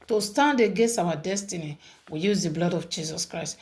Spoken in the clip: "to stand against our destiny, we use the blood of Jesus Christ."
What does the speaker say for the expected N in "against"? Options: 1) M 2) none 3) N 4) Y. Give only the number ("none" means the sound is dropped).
2